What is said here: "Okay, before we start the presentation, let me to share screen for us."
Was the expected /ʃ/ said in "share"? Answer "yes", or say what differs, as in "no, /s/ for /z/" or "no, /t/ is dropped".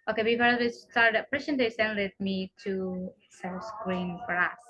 no, /s/ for /ʃ/